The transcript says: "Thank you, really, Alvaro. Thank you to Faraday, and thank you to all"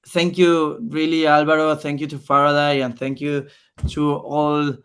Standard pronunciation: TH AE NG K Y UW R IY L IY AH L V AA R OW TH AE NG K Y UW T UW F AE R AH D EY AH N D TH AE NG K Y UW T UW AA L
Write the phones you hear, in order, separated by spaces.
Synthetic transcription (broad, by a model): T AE NG K Y UW R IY L IY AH L B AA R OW T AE NG K Y UW T UW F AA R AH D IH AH N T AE NG K Y UW T UW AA L